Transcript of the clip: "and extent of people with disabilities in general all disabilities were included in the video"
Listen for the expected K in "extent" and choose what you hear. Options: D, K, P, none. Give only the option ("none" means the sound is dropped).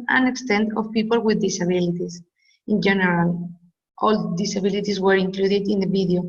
K